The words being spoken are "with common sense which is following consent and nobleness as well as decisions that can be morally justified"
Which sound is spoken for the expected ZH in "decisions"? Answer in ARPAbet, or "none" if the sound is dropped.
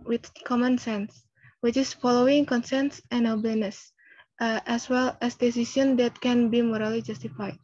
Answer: S